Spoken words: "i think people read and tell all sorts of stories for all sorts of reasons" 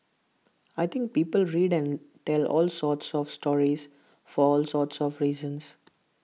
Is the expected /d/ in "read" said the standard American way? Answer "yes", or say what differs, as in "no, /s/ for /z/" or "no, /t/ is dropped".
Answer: yes